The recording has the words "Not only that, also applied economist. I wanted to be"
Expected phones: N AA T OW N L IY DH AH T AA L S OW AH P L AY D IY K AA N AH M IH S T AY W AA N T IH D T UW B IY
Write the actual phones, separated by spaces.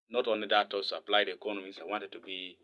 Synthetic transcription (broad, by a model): N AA T OW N L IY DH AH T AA S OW AH P L AY D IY K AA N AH M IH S AY W AA N T IH D T UW B IY